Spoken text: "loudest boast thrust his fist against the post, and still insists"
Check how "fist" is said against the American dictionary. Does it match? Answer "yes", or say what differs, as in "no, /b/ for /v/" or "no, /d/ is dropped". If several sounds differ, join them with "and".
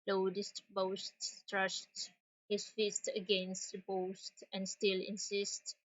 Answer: yes